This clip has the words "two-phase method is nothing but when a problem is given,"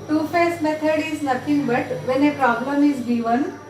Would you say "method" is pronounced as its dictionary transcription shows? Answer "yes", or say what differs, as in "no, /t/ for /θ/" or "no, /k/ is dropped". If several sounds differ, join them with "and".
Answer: no, /t/ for /θ/